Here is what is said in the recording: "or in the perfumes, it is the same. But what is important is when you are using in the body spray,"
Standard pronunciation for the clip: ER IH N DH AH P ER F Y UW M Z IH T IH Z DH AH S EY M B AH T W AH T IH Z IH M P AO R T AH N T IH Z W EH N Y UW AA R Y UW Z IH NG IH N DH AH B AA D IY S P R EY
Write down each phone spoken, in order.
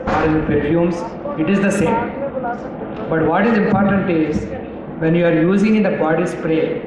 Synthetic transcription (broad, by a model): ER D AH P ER Y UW M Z IH T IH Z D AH S EY M B AH T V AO T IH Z IH M P AO R T AH N T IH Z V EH N Y UW AA R Y UW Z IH NG IH N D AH B AA D IY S P R EY